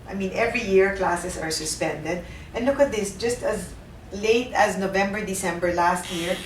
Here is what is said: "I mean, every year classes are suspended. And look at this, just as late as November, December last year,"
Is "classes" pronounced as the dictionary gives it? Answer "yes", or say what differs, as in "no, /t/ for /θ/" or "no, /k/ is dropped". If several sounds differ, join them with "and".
no, /s/ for /z/